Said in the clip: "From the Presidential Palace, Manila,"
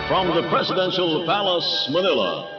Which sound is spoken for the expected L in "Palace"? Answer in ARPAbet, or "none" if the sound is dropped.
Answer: L